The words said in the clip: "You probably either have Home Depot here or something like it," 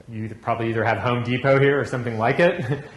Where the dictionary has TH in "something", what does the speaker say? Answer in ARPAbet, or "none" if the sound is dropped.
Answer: TH